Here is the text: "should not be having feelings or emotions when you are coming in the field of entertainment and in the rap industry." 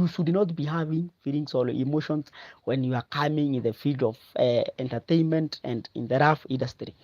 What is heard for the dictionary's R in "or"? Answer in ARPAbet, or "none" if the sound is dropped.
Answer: L